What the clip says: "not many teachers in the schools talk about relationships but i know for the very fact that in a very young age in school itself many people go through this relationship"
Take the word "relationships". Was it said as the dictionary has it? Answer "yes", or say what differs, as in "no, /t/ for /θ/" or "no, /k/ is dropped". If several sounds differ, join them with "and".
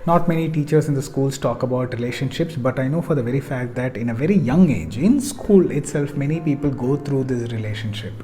yes